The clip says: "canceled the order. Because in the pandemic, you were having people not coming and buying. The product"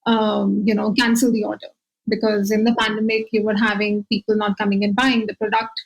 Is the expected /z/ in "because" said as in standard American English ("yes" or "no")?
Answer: yes